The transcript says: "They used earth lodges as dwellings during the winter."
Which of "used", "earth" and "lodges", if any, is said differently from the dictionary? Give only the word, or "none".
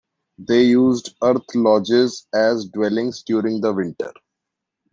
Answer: earth